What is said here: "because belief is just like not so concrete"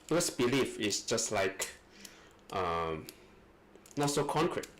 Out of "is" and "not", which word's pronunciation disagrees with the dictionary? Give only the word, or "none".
is